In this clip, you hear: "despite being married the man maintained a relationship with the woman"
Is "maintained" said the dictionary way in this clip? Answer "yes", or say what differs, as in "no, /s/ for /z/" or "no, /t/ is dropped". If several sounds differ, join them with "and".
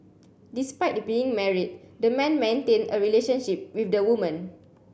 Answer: no, /d/ is dropped